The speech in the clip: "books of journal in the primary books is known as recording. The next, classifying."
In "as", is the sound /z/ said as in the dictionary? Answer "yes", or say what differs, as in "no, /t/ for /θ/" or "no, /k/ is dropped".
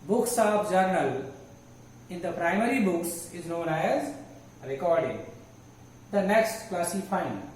yes